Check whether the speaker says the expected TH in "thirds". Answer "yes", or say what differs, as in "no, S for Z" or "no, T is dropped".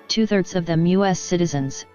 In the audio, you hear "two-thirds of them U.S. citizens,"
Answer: yes